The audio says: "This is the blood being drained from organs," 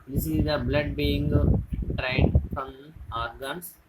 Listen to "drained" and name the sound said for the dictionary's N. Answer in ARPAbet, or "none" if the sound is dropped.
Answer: none